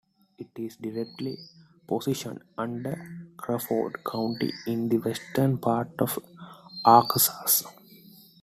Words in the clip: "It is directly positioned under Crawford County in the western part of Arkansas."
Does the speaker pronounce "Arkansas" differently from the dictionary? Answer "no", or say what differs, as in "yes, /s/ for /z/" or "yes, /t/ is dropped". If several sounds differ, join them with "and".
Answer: yes, /n/ is dropped